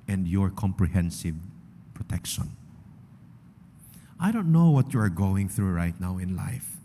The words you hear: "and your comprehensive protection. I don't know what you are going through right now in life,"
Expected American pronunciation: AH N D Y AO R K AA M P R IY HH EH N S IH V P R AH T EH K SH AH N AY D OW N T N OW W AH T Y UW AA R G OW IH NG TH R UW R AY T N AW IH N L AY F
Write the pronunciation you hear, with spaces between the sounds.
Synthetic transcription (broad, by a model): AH N D Y AO R K AA M P R IY HH EH N S IH V P R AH T EH K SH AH N AY D OW N T N OW W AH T Y UW AA R G OW IH NG TH R UW R AY T N AW IH N L AY F